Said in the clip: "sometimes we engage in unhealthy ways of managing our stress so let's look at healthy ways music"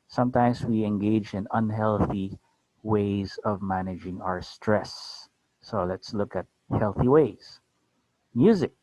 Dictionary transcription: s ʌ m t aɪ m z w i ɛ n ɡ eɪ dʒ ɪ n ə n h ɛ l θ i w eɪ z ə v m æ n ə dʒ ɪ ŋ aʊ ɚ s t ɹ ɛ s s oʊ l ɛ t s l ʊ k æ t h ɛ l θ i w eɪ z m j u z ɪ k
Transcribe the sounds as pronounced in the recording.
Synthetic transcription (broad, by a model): s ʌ m t aɪ m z w i ɛ n ɡ eɪ dʒ ɪ n ə n h ɛ l θ i w eɪ z ə v m æ n ə dʒ ɪ ŋ aʊ ɚ s t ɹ ɛ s s oʊ l ɛ t s l ʊ k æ t h ɛ l θ i w eɪ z m j u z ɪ k